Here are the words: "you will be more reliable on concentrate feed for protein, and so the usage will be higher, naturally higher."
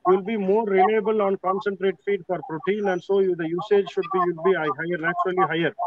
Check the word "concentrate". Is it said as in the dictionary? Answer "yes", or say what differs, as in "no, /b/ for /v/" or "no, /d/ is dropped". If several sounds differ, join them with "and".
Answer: yes